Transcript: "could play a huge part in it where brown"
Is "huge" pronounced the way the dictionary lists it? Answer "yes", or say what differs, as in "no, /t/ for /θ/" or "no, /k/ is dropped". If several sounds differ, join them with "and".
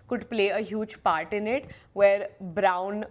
yes